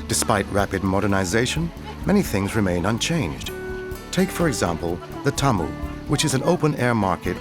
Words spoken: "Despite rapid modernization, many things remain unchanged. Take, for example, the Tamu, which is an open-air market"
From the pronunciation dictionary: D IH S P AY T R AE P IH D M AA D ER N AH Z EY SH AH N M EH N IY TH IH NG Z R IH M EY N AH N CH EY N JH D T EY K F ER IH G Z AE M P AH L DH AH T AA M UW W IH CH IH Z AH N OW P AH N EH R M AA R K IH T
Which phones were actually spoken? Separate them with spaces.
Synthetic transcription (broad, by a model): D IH S P AY T R AE P IH D M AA D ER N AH Z EY SH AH N M EH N IY TH IH NG Z R IH M EY N AH N CH EY N JH D T EY K F ER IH G Z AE M P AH L DH AH T AA M UW W IH CH IH Z AH N OW P AH N EH R M AA R K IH T